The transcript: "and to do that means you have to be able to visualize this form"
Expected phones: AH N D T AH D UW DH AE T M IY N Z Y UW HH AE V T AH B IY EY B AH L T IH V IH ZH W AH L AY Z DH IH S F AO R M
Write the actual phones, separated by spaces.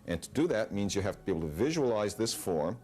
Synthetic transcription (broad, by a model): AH N T AH D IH DH AE T M IY N Z Y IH HH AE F T AH B IY EY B L T IH V IH ZH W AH L AY Z DH IH S F AO R M